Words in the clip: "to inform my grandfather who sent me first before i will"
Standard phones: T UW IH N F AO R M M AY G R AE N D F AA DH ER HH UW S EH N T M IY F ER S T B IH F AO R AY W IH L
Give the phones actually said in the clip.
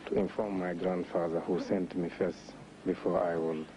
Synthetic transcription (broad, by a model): T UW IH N F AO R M M AY G R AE N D F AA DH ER HH UW S EH N T M IY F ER S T B IH F AO R AY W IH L